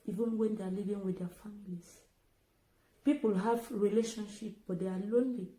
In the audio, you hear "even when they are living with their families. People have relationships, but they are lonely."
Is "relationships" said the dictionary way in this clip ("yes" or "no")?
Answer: no